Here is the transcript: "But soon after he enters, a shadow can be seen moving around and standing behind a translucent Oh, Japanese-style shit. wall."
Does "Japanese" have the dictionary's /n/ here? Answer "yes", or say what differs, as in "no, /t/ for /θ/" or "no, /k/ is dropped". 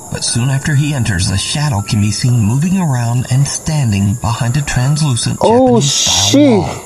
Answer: no, /n/ is dropped